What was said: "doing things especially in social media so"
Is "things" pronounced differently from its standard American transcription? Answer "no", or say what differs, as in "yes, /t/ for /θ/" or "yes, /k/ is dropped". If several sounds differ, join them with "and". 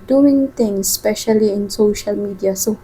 yes, /t/ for /θ/